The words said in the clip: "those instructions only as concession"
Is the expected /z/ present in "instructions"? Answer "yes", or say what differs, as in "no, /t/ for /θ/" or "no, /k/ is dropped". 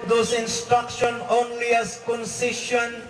no, /z/ is dropped